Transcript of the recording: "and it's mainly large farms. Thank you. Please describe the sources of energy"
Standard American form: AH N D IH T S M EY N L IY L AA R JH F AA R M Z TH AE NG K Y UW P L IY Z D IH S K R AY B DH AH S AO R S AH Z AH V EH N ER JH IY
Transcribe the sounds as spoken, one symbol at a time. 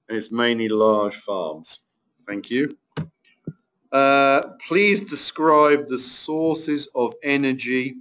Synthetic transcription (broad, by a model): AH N IH T S M EY N L IY L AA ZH F AA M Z TH AE NG K Y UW P L IY Z D IH S K R AY B DH AH S AO S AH Z AH V EH N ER JH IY